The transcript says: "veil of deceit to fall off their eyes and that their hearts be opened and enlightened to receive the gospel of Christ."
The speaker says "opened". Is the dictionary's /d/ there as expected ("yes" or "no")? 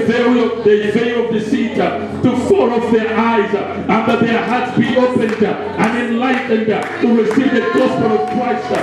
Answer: yes